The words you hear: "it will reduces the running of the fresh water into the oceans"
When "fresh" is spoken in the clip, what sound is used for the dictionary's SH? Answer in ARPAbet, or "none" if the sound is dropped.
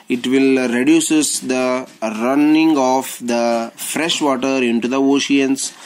SH